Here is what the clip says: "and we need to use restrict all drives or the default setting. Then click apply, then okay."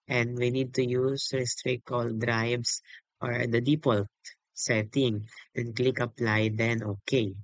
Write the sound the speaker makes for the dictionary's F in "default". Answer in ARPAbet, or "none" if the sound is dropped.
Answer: P